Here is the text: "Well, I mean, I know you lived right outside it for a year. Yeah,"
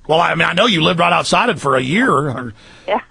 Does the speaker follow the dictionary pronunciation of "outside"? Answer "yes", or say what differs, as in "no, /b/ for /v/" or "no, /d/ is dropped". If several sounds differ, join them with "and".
yes